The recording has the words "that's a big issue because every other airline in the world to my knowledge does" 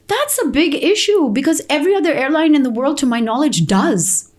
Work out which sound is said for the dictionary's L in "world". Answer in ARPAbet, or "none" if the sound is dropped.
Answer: L